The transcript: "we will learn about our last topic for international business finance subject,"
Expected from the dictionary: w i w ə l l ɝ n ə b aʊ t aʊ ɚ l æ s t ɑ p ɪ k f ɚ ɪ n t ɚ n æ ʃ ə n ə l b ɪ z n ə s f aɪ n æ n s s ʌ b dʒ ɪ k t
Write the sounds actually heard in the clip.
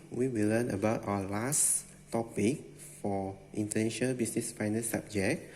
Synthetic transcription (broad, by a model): w i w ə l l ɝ n ə b aʊ t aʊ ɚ l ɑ s t ɑ p ɪ k f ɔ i n t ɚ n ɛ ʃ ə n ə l b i s n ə s f aɪ n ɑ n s s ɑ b dʒ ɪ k